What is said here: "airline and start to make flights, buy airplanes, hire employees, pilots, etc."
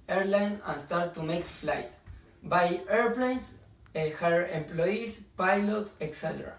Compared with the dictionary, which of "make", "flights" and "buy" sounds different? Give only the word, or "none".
flights